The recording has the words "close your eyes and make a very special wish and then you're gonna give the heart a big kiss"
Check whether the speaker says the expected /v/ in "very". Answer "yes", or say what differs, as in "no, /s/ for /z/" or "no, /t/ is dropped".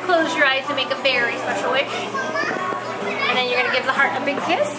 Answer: no, /f/ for /v/